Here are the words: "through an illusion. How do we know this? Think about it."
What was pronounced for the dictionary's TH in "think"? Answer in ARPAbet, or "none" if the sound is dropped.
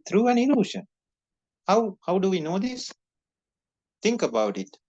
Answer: T